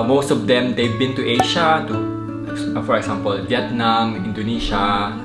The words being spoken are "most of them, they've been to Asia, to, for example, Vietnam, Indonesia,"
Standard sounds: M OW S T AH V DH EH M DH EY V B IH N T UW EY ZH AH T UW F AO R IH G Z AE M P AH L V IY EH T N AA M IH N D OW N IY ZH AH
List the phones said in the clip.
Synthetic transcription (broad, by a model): M OW S T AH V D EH M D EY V B IH N T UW EY SH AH T UW F AO R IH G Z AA M P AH L V IY EH T N AA M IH N D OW N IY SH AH